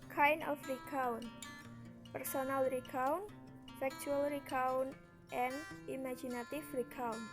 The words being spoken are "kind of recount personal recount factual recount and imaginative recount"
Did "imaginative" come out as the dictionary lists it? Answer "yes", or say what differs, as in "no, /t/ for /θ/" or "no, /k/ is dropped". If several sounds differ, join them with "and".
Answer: no, /f/ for /v/